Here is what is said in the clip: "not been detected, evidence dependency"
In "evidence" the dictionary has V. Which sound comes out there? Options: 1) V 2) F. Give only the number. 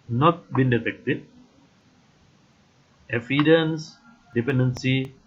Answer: 2